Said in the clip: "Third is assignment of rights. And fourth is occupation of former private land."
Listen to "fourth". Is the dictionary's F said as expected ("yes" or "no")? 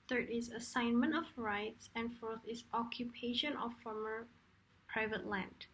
yes